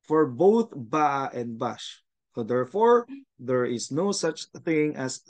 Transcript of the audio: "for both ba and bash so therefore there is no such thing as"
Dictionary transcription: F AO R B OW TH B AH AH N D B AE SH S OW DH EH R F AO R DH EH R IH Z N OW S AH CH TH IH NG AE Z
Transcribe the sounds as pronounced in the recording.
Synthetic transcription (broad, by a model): F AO R B OW TH B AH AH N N B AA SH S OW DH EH R F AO R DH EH R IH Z N OW S AH CH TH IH NG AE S